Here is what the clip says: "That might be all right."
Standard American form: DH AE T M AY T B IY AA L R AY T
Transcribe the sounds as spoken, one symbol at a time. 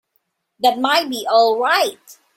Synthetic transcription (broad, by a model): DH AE T M AY T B IY AA L R AY T